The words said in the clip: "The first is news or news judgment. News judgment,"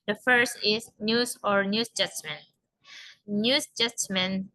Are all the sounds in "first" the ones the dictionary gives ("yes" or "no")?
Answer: yes